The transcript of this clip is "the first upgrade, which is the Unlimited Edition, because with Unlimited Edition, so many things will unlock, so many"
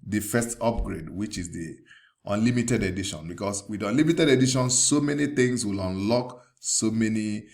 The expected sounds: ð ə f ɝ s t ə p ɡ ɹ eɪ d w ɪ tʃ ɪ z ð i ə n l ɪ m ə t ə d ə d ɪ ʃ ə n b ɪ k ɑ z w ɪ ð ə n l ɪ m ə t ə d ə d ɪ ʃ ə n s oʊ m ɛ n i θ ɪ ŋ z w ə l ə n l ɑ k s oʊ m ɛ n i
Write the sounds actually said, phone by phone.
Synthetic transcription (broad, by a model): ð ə f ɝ s t ə p ɡ ɹ eɪ d w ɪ tʃ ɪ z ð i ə n l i m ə t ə d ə d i ʃ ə n b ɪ k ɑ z w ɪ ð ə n l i m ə t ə d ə d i ʃ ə n s oʊ m ɛ n i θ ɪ ŋ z w ə l ə n l ɑ k s oʊ m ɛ n i